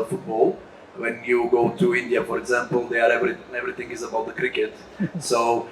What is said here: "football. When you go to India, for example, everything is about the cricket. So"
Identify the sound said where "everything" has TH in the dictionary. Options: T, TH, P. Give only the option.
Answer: T